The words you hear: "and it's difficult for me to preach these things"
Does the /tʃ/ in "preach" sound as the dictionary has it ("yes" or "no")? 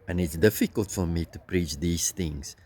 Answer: yes